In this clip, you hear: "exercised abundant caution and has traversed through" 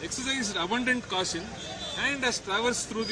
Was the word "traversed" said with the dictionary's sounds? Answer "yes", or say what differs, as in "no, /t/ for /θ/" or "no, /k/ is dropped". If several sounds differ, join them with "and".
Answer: yes